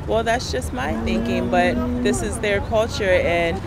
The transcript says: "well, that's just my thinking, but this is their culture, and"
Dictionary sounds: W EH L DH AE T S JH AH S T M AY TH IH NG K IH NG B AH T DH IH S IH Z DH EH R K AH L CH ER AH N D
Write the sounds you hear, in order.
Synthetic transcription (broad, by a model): W EH L DH AE T S JH AH S T M AY TH IH NG K IH NG B AH T DH IH S IH Z DH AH R K AH L CH ER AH N